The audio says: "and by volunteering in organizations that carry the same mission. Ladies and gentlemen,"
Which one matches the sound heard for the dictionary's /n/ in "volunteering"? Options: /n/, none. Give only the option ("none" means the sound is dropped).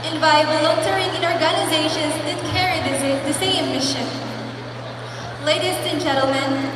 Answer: none